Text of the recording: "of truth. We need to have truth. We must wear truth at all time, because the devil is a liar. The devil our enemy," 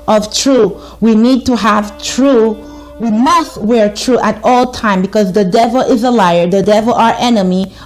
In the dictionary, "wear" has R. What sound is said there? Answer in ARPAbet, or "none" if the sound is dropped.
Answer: R